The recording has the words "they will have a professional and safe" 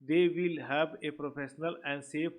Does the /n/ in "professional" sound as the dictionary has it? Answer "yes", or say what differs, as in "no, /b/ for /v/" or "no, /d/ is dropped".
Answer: yes